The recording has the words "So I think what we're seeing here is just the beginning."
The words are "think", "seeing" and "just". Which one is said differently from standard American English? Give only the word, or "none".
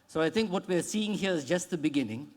think